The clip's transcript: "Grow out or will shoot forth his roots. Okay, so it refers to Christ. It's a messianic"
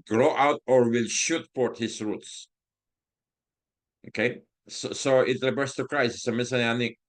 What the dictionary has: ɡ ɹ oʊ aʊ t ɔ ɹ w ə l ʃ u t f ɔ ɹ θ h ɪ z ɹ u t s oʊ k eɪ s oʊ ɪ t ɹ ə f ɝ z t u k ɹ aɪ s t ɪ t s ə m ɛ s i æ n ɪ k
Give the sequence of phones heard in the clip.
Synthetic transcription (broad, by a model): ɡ ɹ oʊ aʊ t ɔ ɹ w ə l ʃ u t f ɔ ɹ t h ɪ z ɹ u t s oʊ k eɪ s oʊ ɪ t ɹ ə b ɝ s t u k ɹ aɪ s ɪ s ə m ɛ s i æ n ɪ